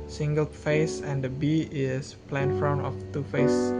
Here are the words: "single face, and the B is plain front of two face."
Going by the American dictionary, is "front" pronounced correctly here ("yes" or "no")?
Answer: no